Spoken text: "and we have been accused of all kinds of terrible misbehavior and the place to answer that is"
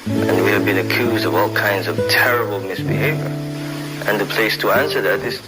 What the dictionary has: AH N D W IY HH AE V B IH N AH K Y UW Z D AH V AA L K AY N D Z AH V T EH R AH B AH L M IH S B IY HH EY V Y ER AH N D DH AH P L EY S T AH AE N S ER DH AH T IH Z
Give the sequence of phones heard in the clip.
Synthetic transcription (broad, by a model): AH N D W IY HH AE V B IH N AH K Y UW Z D AH V AA L K AY N D Z AH V T EH R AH B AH L M IH S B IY HH EY V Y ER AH N DH AH P L EY S T AH AE N S ER DH AH T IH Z